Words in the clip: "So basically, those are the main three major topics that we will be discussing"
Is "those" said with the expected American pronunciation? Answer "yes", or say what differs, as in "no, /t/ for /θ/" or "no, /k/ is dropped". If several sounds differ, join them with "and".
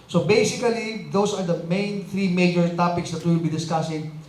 no, /s/ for /z/